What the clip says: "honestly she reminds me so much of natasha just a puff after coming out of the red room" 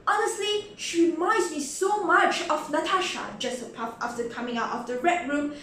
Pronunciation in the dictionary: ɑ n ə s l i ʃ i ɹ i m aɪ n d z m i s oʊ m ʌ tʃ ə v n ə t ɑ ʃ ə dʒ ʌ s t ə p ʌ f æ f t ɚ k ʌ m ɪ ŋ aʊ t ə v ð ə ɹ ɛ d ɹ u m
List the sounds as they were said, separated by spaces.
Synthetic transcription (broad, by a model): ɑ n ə s l i ʃ i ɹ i m aɪ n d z m i s oʊ m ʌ tʃ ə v n ə t ɑ ʃ ə dʒ ʌ s t ə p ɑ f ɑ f t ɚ k ʌ m ɪ ŋ aʊ t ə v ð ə ɹ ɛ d ɹ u m